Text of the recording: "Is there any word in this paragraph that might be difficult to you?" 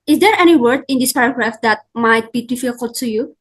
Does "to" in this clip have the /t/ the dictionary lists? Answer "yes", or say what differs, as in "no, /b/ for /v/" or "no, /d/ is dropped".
no, /s/ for /t/